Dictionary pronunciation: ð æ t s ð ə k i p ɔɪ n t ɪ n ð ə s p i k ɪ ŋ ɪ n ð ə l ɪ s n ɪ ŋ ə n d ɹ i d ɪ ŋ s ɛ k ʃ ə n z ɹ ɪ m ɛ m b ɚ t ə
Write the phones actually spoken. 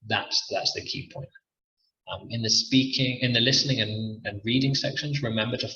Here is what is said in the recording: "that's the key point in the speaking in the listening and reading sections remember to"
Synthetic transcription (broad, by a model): ð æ t s ð ə k i p ɔɪ n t ɪ n ð ə s p i k ɪ ŋ ɪ n ð ə l ɪ s n ɪ ŋ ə n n ɹ i d ɪ ŋ s ɛ k ʃ ə n z ɹ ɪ m ɛ m b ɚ t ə